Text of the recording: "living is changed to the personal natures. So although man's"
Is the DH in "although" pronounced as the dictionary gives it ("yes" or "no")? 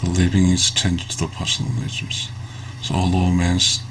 no